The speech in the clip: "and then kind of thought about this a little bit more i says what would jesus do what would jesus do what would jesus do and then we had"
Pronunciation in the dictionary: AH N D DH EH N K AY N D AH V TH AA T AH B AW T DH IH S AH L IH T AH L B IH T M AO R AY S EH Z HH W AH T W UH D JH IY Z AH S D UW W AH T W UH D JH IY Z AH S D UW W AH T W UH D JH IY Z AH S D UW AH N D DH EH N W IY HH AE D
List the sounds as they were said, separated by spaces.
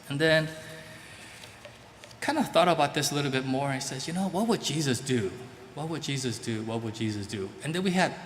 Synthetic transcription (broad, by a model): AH N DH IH N K AY N D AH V TH AA T AH B AW T DH IH S AH L IH T L B IH T M AO R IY S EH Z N W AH T W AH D JH IY Z AH S D UW W AH T W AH D JH IY Z AH S D UW W AH T W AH D JH IY Z AH S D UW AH N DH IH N W IY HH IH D